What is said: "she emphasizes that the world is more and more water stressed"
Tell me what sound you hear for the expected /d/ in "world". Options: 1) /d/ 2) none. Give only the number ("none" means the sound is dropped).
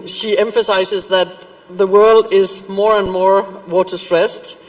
1